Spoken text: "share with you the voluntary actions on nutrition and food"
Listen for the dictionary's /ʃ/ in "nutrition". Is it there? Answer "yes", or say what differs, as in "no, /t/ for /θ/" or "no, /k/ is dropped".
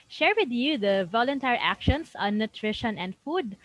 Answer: yes